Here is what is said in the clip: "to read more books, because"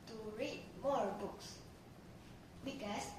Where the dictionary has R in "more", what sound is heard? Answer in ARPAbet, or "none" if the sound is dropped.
R